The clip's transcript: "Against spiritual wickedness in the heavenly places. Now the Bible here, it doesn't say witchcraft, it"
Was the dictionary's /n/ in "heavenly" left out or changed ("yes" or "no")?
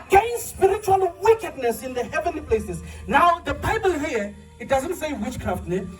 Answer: no